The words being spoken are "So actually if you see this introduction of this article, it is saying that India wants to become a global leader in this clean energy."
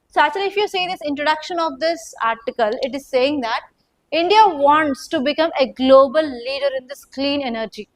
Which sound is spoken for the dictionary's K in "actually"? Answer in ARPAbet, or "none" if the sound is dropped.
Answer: none